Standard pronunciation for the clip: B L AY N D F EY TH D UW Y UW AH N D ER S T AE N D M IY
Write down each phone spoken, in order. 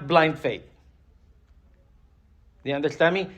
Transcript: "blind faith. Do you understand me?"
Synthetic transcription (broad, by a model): B L AY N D F EY T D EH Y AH N D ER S T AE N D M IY